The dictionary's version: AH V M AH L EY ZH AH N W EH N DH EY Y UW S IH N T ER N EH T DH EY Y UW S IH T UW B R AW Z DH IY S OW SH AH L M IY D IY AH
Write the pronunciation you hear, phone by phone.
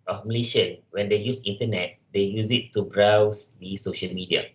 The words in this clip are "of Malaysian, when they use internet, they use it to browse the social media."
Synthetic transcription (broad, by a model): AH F M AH L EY SH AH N W EH N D EY Y UW S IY N T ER N EH T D EY Y UW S IH T UW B R AW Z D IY S OW SH AH L M IY D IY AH